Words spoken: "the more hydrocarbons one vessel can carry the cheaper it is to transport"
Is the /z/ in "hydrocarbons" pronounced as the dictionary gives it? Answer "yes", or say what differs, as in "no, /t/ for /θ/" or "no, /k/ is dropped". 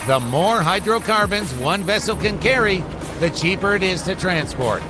yes